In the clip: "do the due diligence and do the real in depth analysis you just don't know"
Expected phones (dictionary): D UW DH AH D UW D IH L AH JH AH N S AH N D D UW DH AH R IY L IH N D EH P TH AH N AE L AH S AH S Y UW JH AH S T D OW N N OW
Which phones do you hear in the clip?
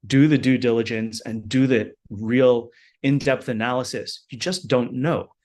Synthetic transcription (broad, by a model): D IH DH AH D UW D IH L AH JH AH N S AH N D D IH DH AH R IY L IH N D EH P TH AH N AE L AH S AH S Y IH JH AH S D OW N N OW